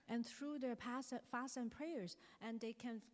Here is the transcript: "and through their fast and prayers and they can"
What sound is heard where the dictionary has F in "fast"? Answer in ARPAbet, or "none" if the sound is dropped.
P